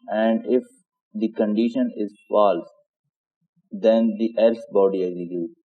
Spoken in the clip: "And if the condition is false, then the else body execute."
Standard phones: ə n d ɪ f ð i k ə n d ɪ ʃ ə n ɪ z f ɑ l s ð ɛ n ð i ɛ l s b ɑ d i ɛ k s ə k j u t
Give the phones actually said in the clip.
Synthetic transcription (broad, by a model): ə n d ɪ f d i k ə n d ɪ ʃ ə n ɪ z f ɑ l s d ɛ n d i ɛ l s b ɑ d i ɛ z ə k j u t